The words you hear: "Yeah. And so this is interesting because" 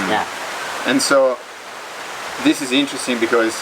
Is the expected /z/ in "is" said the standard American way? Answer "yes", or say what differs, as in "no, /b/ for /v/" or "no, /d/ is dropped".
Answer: yes